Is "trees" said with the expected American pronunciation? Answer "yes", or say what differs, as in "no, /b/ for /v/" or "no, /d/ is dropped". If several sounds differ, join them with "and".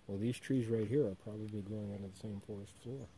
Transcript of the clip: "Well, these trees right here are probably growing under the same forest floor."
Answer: yes